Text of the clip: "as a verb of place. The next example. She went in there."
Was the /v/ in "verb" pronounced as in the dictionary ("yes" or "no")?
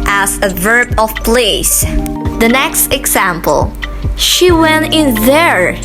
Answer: yes